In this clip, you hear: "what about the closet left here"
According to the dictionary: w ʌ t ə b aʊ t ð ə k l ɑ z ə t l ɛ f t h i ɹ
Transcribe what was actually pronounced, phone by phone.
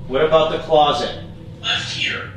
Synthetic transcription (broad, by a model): w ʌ t ə b aʊ t ð ə k l ɑ z ə t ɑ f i ɹ